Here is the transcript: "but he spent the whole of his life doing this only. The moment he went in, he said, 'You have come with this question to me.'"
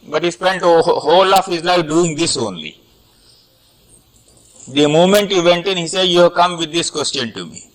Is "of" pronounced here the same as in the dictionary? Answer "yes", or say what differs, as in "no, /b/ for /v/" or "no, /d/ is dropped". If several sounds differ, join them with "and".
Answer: no, /f/ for /v/